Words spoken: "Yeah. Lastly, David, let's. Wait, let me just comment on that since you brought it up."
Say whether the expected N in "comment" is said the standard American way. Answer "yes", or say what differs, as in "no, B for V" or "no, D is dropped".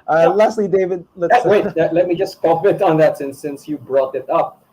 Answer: no, N is dropped